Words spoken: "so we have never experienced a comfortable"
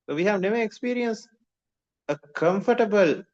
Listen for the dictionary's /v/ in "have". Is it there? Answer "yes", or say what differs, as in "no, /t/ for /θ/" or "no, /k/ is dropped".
yes